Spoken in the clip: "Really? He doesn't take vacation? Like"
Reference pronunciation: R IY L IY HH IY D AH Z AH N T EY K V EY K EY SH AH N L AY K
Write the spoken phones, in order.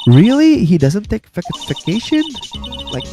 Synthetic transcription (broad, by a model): R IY L IY HH IY D AH Z AH N T EY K F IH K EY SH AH N L AY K